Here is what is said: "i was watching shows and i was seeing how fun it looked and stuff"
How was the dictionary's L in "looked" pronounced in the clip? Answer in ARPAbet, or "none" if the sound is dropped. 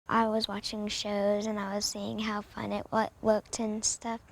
W